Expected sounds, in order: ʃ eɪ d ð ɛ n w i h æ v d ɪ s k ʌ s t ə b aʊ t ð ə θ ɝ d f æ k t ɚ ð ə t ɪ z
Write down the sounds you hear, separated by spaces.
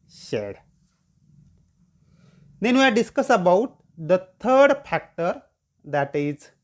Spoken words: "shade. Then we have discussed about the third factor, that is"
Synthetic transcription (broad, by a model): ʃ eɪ d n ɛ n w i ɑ d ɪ s k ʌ s ə b aʊ t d ə t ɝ d f æ k t ɚ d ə t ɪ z